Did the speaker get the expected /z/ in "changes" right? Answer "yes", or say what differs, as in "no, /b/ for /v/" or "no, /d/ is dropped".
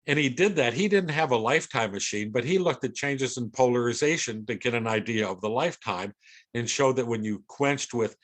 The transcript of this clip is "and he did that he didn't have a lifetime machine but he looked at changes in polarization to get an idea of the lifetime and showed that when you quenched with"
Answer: yes